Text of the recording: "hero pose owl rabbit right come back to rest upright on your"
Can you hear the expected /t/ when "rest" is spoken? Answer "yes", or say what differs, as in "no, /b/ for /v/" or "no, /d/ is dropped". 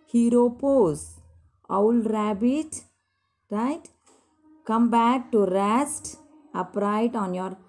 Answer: yes